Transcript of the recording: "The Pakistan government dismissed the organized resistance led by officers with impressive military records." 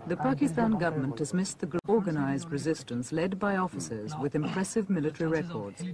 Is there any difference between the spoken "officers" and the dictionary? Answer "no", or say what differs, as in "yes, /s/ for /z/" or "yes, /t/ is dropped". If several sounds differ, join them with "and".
no